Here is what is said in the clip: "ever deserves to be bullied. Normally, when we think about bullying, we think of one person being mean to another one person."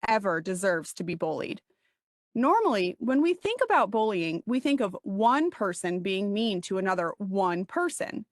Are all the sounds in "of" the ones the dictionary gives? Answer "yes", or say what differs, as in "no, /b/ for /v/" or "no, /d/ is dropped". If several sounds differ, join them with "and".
yes